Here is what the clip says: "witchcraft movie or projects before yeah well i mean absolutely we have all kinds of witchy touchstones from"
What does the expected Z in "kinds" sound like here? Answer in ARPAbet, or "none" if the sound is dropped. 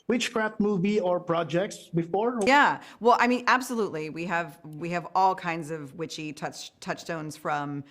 Z